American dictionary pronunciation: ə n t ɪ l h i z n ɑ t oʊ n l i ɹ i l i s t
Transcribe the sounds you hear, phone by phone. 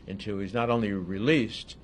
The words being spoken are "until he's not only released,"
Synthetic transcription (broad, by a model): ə n t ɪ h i z n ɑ t oʊ n l i ɹ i l i s t